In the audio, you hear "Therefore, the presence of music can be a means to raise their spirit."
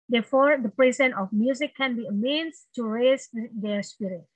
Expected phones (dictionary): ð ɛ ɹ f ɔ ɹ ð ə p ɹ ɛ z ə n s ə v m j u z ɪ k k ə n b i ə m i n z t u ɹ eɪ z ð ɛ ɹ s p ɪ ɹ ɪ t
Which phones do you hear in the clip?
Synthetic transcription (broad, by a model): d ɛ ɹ f ɔ ɹ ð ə p ɹ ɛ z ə n ə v m j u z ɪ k k ə n b i ə m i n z t u ɹ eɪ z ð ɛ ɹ s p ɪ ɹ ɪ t